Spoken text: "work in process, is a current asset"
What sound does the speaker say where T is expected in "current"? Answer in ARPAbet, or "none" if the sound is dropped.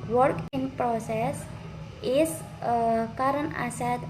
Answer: none